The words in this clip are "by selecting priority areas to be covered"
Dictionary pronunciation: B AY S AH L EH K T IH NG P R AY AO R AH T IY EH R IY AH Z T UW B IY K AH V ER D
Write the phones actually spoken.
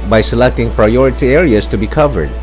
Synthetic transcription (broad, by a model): B AY S AH L EH K T IH NG P R AY AO R AH T IY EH R IY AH S T UW B IY K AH V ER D